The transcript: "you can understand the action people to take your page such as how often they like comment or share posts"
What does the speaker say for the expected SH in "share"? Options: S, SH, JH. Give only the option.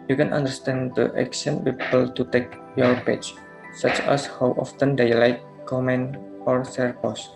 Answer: S